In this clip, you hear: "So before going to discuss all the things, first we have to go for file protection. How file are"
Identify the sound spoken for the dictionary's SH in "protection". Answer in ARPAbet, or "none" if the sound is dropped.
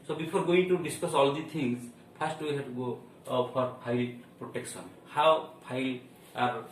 S